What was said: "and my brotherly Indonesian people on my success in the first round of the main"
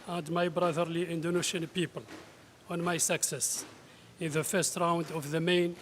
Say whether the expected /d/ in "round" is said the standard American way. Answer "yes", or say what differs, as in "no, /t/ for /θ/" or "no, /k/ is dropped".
yes